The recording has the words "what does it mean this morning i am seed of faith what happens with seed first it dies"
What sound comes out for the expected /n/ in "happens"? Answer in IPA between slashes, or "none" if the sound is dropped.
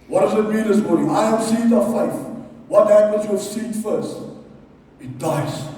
/l/